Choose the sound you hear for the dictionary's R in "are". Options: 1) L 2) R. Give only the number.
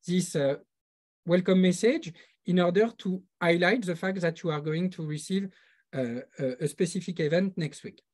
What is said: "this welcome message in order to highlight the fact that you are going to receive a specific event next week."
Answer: 2